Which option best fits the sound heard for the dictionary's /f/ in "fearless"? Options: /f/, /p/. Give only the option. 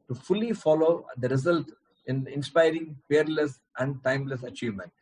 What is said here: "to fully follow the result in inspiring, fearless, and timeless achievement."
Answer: /p/